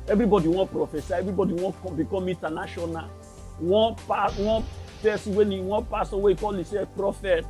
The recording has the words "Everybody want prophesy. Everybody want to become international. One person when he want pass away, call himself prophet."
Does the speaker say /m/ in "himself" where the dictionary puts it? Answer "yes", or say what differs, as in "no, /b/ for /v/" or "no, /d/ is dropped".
no, /m/ is dropped